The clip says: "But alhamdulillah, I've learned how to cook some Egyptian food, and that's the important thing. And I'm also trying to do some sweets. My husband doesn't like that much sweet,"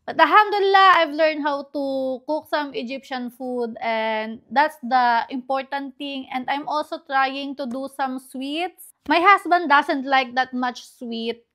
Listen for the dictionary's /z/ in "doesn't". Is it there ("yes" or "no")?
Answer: no